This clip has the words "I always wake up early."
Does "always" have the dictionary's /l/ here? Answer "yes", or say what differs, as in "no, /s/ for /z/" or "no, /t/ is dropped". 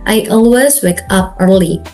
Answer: yes